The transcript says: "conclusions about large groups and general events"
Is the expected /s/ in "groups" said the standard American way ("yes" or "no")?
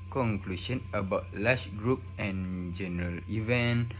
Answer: no